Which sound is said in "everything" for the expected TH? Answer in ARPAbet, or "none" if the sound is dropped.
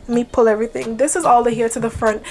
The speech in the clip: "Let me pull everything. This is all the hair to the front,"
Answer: TH